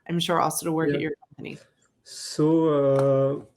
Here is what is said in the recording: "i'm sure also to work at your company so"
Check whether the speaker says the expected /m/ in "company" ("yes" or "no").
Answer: yes